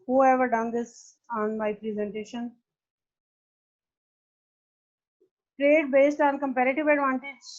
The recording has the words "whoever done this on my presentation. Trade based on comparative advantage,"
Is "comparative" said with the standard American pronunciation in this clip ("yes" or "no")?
yes